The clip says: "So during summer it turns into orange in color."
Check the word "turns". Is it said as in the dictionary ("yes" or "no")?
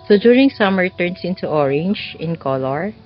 no